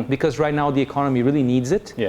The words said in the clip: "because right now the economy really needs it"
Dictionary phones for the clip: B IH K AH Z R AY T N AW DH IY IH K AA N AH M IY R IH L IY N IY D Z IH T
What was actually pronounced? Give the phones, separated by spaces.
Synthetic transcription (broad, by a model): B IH K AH Z R AY T N AW DH IY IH K AA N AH M IY R IH L IY N IY D Z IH T